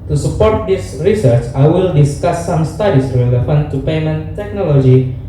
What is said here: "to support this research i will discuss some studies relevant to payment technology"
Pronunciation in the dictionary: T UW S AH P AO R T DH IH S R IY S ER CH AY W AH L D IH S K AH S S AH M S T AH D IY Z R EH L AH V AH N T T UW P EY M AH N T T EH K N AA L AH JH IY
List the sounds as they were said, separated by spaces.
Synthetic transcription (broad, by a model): T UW S AH P AO R T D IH S R IY S ER CH AY W AH L D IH S K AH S S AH M S T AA D IY S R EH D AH F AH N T T UW P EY M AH N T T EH K N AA L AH JH IY